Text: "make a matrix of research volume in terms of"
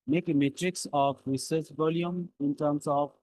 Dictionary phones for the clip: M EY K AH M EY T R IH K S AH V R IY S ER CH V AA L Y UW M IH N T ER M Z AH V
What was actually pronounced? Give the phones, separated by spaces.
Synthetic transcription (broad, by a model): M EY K M EY T R IH K S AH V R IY S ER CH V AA L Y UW M IH N T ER M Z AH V